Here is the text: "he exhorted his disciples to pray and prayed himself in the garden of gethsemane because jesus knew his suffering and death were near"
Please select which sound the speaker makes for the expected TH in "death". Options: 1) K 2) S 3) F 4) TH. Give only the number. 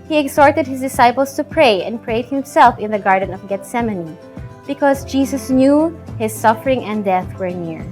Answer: 4